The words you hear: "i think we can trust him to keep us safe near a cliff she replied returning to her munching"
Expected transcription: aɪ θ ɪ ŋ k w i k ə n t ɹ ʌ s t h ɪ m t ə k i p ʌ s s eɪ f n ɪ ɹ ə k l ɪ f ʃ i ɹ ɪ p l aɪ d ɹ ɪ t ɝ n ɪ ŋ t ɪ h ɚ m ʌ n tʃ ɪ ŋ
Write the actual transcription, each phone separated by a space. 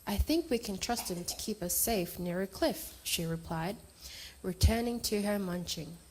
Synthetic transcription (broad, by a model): aɪ θ ɪ ŋ k w i k ə n t ɹ ʌ s t h ɪ m t ə k i p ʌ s s eɪ f n ɪ ɹ ə k l ɪ f ʃ i ɹ ɪ p l aɪ d ɹ ɪ t ɝ n ɪ ŋ t ɪ ɚ m ʌ n tʃ ɪ ŋ